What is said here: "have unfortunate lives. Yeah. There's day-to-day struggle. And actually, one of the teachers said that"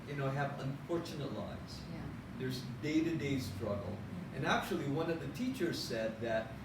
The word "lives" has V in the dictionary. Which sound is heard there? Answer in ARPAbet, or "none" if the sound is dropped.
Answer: none